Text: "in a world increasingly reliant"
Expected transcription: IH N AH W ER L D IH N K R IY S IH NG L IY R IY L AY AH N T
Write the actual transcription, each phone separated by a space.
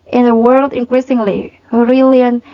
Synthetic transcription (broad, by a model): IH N AH W ER L D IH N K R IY S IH NG L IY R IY L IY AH N